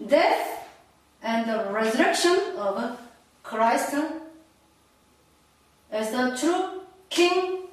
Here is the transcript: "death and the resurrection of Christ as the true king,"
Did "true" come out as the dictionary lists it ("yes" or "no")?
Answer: yes